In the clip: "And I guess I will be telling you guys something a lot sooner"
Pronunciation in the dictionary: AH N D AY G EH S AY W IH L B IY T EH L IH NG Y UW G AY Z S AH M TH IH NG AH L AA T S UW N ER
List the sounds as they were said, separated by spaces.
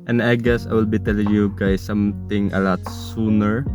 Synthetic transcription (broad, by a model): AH N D AY G EH S AY W IH L B IY T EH L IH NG Y UW G AY S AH M T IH NG AH L AA T S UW N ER